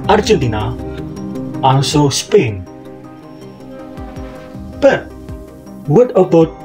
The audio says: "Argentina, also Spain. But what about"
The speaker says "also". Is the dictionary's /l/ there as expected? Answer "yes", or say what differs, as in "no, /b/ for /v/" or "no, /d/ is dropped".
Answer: no, /n/ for /l/